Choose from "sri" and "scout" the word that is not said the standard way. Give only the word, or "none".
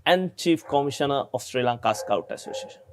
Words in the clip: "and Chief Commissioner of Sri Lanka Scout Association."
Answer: none